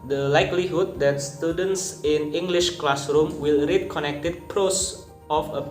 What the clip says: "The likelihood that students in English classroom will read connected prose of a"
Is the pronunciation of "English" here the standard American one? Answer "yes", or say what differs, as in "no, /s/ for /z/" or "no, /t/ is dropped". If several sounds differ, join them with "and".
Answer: yes